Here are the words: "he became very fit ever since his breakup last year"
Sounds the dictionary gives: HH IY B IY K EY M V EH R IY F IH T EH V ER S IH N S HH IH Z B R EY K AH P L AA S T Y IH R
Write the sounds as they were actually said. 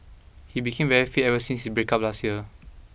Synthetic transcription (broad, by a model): HH IY B IY K EY M V EH R IY F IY EH V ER S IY N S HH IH S B R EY K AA P L AA S T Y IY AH